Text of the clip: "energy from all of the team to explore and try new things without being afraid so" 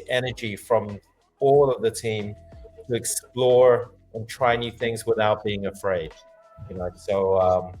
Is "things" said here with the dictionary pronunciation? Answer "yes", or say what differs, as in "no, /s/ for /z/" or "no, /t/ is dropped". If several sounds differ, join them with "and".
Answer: yes